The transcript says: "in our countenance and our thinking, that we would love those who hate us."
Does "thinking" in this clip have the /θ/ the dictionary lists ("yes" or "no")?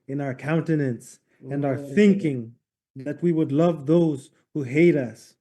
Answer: yes